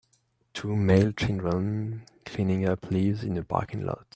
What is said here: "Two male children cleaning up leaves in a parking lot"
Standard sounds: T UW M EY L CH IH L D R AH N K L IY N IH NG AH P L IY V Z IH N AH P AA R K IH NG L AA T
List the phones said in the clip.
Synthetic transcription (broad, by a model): T UW M EY L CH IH N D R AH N K L IY N IH NG AH P L IY V Z IH N AH B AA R K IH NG L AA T